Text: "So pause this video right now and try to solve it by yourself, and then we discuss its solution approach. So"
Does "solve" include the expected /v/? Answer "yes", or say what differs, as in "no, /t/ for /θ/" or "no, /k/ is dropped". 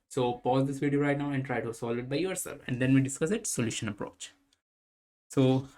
no, /v/ is dropped